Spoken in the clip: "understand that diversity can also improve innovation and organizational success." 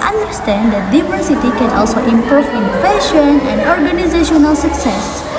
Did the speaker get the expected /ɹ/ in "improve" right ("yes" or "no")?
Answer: no